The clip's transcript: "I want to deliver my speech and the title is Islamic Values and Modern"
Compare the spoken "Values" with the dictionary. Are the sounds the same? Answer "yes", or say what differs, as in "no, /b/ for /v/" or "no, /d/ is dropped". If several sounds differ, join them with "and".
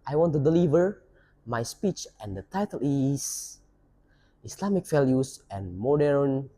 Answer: no, /s/ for /z/